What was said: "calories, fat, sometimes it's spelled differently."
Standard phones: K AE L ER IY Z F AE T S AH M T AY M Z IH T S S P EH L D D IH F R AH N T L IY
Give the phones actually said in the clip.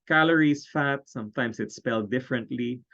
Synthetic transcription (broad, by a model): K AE L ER IY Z F AE T S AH M T AY M S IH T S S P EH L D D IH F R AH N T L IY